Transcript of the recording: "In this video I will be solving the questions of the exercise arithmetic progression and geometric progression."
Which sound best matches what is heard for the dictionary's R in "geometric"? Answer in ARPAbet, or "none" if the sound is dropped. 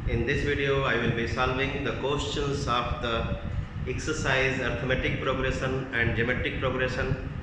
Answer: none